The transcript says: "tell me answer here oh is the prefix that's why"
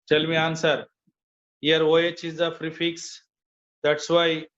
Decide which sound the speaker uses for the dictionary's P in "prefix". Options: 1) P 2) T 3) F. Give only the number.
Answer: 3